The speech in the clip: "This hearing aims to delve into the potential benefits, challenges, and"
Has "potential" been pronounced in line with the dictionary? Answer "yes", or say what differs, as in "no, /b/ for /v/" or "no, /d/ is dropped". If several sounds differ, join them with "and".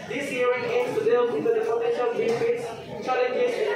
no, /f/ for /p/